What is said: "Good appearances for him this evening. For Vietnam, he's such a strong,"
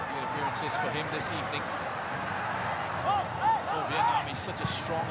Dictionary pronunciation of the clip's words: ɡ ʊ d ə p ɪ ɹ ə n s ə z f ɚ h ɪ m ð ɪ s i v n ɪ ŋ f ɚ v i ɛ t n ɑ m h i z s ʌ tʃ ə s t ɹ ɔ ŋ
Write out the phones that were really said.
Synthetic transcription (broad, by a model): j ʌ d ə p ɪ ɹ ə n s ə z f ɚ h ɪ m ð ɪ s i v n ɪ ŋ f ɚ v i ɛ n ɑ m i s ʌ tʃ ə s t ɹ ɔ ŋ